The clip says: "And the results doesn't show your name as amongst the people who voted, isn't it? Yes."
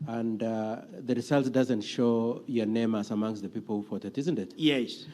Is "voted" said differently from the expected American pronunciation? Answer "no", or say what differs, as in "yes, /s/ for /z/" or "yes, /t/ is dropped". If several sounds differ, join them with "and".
yes, /f/ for /v/